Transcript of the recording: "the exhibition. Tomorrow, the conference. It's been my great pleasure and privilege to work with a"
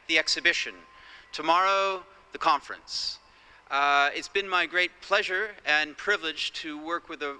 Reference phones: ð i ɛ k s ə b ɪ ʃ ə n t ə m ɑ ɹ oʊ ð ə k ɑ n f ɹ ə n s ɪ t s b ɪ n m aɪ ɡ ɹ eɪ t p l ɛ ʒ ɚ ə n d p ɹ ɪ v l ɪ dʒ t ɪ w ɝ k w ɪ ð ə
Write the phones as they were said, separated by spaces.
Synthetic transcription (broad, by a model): ð i ɛ k s ə b ɪ ʃ ə n t ə m ɑ ɹ oʊ ð ə k ɑ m f ɹ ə n s ɪ t s b ɪ n m aɪ ɡ ɹ eɪ t p l ɛ ʒ ɚ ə n p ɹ ɪ v l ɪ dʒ t ɪ w ɝ k w ɪ ð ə